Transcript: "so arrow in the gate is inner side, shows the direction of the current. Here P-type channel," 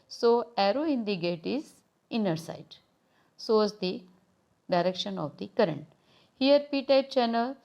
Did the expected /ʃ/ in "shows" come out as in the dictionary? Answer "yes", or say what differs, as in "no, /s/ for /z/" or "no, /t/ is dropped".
no, /s/ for /ʃ/